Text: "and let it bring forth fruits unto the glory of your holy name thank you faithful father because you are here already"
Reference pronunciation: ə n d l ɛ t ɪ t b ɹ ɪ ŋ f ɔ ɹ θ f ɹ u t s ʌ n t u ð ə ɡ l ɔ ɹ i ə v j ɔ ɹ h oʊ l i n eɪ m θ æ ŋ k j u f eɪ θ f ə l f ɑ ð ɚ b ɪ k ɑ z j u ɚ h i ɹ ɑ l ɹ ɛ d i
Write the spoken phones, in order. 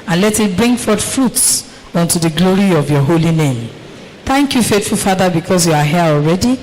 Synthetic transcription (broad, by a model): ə n l ɛ t ɪ t b ɹ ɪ ŋ f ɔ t f ɹ u t s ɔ n t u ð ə ɡ l ɔ ɹ i ə v j ɔ h oʊ l i n eɪ m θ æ ŋ k j u f eɪ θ f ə l f ɑ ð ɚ b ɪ k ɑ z j u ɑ h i ɑ l ɹ ɛ d i